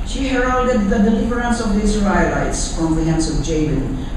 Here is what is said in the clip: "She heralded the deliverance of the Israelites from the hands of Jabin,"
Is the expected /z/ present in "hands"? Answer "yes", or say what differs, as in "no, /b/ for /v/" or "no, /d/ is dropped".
no, /s/ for /z/